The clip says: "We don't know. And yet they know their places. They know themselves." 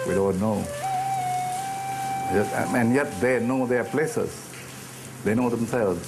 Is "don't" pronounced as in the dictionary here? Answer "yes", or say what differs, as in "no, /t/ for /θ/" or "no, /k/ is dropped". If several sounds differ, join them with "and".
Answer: no, /l/ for /n/